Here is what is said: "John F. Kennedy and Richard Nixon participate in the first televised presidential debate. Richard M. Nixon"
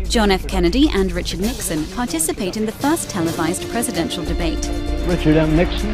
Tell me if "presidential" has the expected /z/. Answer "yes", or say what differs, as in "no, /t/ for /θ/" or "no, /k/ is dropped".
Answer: yes